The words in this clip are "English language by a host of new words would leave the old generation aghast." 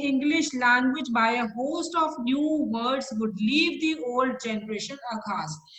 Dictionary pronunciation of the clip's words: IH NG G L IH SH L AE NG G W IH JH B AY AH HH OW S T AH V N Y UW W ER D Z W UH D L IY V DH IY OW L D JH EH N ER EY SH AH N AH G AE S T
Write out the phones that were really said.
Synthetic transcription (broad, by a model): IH NG G L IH SH L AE NG G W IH JH B AY AH HH OW S T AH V N Y UW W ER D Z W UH D L IY V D IY OW L D JH EH N ER EY SH AH N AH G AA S